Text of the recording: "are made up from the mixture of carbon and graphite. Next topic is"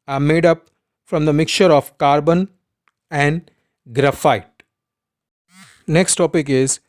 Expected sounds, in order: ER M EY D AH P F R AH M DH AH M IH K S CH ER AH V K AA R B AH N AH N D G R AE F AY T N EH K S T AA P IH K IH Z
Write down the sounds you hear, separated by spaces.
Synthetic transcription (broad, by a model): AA M EY D AH P F R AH M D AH M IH K CH ER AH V K AA R B AH N AH N D G R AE F AY T N EH K S T AA P IH K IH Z